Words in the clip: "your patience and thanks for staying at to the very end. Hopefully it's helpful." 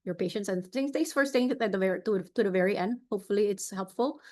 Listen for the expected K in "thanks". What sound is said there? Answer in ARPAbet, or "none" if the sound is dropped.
none